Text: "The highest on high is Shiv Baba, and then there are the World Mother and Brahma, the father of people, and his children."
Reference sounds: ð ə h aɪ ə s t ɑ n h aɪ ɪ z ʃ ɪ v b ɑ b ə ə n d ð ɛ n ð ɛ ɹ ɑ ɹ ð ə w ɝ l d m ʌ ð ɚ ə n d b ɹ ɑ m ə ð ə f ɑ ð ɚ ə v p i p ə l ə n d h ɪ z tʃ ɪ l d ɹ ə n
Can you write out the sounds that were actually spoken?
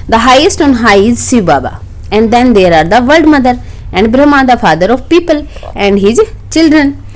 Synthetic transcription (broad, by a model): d ə h aɪ ə s t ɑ n h aɪ ɪ z s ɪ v b ɑ b ə ə n d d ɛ n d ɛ ɹ ɑ ɹ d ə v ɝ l d m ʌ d ɚ ə n d b ɹ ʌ m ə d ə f ɑ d ɚ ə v p i p ə l ə n d h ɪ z tʃ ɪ l d ɹ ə n